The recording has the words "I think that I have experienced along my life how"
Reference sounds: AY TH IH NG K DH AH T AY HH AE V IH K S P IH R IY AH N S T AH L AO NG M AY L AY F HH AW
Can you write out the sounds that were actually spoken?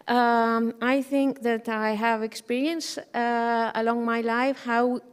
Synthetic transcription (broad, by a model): AY TH IH NG K DH AH T AY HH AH V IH K S P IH R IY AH N S AH L AO NG M AY L AY F HH AW